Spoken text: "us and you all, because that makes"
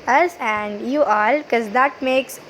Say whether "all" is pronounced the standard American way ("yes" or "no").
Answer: yes